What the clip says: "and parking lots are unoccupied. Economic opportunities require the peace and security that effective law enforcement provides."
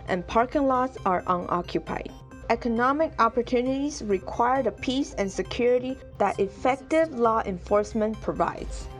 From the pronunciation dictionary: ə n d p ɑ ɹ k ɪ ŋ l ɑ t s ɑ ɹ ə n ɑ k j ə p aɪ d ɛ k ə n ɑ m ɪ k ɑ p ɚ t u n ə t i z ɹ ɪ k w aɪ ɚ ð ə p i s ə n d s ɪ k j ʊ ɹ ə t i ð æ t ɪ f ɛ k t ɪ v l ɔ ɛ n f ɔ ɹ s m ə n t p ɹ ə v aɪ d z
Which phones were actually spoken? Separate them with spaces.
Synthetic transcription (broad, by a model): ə n p ɑ ɹ k ɪ ŋ l ɑ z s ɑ ɹ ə n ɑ k j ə p aɪ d ɛ k ə n ɑ m ɪ k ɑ p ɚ t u n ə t i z ɹ ɪ k w aɪ ɚ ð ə p i s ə n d s ɪ k j ʊ ɹ ə t i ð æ t ɪ f ɛ k t ɪ v l ɔ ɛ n f ɔ ɹ s m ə n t p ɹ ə v aɪ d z